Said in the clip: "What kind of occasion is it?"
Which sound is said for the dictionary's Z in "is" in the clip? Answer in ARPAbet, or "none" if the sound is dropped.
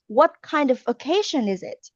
Z